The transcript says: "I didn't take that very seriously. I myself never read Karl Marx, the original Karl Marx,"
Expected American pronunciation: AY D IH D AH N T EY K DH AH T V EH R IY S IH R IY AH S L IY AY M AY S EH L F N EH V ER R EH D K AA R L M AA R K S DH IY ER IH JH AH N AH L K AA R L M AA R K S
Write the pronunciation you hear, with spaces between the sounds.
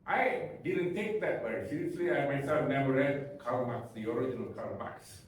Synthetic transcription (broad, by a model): AY D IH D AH N T EY K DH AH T B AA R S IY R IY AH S L IY AY M AY S EH L F N EH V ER R EH D K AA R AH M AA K S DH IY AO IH JH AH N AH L K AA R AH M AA K S